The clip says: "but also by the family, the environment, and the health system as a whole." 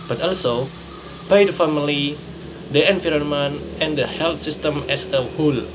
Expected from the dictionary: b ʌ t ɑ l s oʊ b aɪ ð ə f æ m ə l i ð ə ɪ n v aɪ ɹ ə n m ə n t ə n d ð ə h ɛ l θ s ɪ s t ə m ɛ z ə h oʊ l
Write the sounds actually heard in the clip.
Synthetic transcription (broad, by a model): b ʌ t ɑ l s oʊ b aɪ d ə f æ m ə l i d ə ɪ n f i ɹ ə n m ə n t ə n d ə h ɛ l t s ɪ s t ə m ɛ s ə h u l